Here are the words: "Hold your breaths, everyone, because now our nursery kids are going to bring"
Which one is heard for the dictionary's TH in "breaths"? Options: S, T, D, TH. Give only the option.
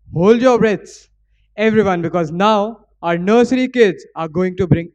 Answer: T